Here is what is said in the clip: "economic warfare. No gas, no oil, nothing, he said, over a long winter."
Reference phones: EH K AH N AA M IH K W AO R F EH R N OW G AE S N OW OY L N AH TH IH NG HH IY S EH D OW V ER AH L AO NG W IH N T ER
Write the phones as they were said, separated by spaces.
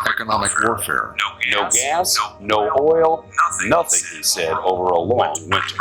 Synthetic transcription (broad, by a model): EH K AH N AA M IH K W AO R F EH R N OW G AE S N OW OY L N AH TH IH NG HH IY S EH D OW V ER AH L AO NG W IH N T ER